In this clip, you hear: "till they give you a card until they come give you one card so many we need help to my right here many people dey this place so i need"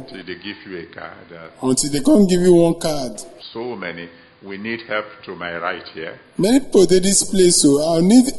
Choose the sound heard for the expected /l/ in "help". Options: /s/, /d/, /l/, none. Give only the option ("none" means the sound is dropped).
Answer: /l/